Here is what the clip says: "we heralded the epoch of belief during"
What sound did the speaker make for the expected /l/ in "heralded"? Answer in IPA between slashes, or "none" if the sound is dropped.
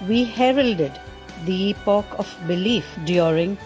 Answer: /l/